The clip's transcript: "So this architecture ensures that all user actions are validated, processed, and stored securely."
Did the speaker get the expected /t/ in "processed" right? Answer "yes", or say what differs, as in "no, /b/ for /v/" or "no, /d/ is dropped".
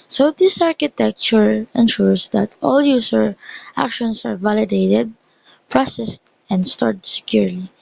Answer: yes